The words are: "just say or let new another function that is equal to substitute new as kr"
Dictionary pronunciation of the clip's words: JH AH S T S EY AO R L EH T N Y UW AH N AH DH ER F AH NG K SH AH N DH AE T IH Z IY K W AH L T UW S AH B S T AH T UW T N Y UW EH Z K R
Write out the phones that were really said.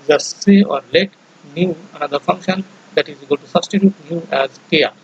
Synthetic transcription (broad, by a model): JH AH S S EY AO R L EH T N Y UW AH N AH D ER F AH NG K SH AH N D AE T IH Z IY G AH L T UW S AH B S T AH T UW T N Y UW EH Z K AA